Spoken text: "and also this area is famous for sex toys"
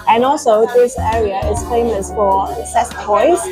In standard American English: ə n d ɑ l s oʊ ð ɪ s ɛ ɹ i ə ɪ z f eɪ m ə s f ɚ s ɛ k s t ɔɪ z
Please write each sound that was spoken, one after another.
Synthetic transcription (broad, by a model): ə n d ɑ l s oʊ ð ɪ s ɛ ɹ i ə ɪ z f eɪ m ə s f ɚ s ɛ s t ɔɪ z